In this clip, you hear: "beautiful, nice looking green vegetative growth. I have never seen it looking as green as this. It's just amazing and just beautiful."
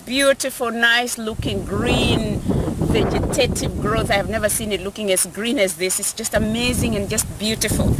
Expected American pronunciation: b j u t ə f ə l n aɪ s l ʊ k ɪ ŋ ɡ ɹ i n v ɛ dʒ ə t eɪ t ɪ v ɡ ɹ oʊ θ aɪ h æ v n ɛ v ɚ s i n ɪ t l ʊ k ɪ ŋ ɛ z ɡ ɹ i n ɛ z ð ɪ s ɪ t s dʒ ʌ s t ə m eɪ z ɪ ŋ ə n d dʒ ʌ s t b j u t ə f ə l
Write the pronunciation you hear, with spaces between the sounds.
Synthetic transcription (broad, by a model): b j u t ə f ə l n aɪ s l ʊ k ɪ ŋ ɡ ɹ i n v ɛ dʒ ə t eɪ t ɪ v ɡ ɹ oʊ θ aɪ h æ v n ɛ v ɚ s i n ɪ t l ʊ k ɪ ŋ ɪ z ɡ ɹ i n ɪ z ð ɪ s ɪ t s dʒ ʌ s t ə m eɪ z ɪ ŋ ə n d dʒ ʌ s t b j u t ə f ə l